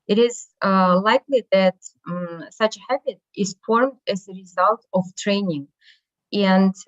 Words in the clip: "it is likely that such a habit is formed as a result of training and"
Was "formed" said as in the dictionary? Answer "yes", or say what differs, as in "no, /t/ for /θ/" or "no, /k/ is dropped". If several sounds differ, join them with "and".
yes